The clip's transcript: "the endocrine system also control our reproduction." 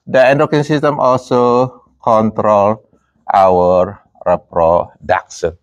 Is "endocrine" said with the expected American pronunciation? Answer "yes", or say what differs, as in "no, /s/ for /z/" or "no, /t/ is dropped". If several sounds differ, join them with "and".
no, /ɹ/ is dropped